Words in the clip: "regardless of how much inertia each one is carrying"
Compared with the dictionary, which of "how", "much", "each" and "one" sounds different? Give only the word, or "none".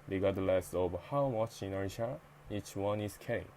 none